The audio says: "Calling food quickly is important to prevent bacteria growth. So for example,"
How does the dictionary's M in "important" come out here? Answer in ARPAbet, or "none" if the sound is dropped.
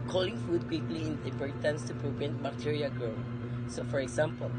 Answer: none